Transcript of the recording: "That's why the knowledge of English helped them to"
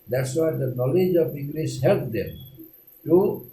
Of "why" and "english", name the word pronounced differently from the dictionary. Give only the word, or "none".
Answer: english